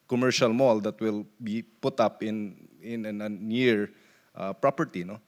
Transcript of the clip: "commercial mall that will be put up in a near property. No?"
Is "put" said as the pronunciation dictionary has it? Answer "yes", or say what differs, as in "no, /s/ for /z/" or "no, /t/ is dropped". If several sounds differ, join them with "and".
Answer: yes